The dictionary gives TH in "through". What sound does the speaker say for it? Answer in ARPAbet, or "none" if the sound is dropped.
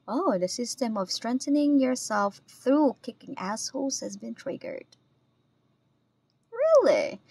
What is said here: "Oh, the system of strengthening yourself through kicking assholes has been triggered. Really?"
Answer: TH